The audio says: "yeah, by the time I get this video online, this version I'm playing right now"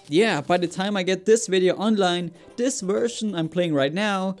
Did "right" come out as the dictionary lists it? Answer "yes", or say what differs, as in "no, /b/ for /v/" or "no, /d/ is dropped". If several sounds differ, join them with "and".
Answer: yes